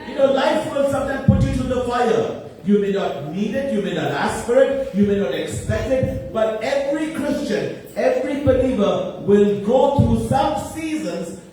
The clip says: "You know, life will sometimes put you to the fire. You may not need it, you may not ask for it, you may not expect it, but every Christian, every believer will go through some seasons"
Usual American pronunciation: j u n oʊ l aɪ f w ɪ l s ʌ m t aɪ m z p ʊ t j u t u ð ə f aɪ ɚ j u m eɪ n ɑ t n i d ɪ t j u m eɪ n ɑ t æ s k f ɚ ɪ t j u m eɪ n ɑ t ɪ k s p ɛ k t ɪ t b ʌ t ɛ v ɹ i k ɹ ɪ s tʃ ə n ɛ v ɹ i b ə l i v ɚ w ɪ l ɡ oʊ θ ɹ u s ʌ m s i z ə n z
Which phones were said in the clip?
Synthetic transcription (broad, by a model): j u n oʊ l aɪ f w ɪ l s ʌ m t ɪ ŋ p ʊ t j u t u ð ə f aɪ ɚ j u m eɪ n ɑ t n i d ɪ t j u m eɪ n ɑ t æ s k f ɚ ɪ t j u m eɪ n ɑ t ɪ k s p ɛ k t ɪ t b ʌ t ɛ v ɹ i k ɹ ɪ s tʃ ə n ɛ v ɹ i b ə l i v ɚ w ɪ l ɡ oʊ t ɹ u s ʌ m s i z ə n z